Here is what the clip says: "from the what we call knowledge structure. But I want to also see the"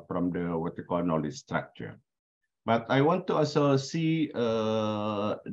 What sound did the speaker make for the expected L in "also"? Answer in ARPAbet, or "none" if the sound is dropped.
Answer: none